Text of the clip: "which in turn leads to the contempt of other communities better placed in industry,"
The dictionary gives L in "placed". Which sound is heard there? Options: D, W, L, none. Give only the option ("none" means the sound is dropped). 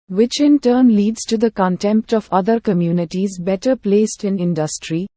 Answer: L